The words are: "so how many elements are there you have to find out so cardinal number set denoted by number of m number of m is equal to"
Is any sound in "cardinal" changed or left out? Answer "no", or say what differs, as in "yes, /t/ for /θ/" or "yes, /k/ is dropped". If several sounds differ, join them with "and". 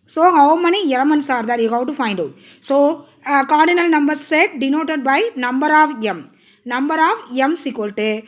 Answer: no